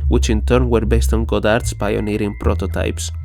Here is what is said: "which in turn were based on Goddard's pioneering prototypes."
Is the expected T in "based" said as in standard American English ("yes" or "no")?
yes